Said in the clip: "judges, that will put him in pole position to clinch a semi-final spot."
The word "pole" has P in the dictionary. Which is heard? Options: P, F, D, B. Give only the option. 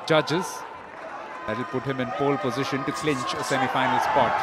F